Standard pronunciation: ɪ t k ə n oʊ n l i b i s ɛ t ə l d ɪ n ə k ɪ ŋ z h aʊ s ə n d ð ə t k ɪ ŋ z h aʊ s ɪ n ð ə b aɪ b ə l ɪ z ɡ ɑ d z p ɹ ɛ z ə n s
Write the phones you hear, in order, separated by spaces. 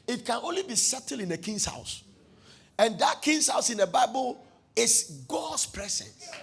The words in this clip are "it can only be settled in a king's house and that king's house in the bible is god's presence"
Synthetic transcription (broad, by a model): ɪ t k ə n oʊ n l i b i s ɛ t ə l ɪ n ə k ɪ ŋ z h aʊ s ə n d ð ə t k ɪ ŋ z h aʊ s ɪ n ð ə b aɪ b ə l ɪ s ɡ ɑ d s p ɹ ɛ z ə n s